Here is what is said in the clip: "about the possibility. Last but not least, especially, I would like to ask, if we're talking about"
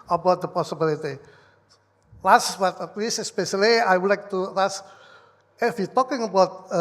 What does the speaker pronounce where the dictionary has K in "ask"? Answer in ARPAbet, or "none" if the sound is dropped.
none